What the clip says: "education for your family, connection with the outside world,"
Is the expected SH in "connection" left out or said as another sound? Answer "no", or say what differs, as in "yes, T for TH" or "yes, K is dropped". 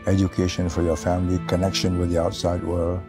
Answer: no